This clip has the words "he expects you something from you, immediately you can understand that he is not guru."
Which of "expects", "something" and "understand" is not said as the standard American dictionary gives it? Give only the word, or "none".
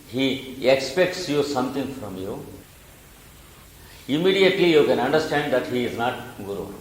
something